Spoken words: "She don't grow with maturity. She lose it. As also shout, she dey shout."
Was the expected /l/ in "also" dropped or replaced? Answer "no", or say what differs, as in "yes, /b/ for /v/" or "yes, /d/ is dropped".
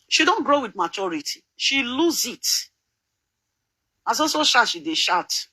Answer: yes, /l/ is dropped